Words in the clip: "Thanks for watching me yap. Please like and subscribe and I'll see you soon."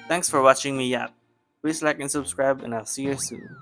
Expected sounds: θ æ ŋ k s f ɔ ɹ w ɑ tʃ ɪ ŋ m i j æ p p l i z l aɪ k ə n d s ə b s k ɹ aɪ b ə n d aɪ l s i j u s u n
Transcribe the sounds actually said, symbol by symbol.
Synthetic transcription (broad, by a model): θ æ ŋ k s f ɔ ɹ w ɑ tʃ ɪ ŋ m i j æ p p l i s l aɪ k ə n s ə b s k ɹ aɪ b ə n aɪ l s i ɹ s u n